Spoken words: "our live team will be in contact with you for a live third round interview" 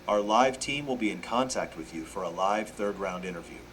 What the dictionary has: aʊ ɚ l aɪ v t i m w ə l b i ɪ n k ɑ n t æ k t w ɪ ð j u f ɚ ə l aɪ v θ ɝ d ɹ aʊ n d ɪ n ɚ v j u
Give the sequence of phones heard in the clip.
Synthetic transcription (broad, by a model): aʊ ɚ l aɪ v t i m w ə l b i ɪ n k ɑ n t æ k t w ɪ ð j u f ɚ ə l aɪ v θ ɝ d ɹ aʊ n d ɪ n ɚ v j u